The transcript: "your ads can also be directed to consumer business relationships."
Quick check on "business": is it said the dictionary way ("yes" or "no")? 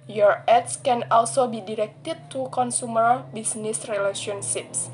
no